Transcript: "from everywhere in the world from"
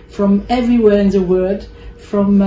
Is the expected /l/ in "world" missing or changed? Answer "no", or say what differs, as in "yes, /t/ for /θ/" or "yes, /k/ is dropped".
yes, /l/ is dropped